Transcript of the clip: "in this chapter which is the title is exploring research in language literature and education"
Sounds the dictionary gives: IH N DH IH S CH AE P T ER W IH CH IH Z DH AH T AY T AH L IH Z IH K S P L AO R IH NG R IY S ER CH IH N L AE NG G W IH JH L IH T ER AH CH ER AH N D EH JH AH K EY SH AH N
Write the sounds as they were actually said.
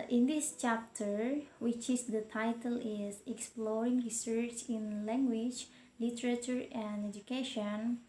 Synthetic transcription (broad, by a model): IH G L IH SH CH AE P T ER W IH CH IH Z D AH T AY T AH L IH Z IH K S P L AO R IH NG R IY S ER CH IH N L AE NG G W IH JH L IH T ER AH CH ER AH N D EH JH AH K EY SH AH N